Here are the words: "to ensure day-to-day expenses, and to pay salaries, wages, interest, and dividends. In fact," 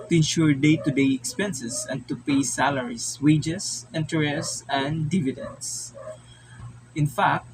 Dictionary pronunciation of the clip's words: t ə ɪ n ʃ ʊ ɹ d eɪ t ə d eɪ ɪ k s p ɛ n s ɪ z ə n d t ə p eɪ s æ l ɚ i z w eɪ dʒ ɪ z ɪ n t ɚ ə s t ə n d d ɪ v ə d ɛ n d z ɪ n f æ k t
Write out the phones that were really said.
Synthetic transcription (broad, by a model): t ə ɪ n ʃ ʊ ɹ d eɪ t ə d eɪ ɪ k s p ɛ n s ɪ s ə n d t ə p eɪ s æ l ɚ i s w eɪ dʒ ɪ s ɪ n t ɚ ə s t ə n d d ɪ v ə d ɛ n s ɪ n f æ k t